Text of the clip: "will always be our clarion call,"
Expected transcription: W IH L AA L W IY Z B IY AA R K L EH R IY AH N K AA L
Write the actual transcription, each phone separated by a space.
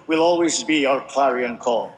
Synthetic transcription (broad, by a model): W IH L AA L W IY Z B IY AA R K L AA R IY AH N K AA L